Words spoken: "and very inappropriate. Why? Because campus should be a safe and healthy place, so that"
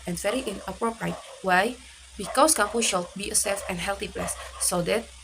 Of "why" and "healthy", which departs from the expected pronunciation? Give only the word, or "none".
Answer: healthy